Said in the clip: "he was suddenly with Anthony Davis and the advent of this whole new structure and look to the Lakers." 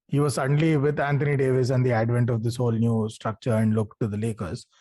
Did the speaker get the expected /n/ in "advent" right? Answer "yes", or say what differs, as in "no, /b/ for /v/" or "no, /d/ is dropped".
yes